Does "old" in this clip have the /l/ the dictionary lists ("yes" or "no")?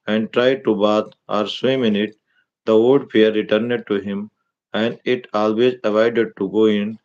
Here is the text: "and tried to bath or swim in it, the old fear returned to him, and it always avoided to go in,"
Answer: no